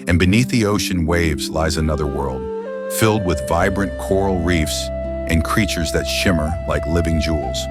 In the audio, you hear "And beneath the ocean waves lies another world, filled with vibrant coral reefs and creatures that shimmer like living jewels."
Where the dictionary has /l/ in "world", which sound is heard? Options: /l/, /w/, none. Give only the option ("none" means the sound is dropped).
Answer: /l/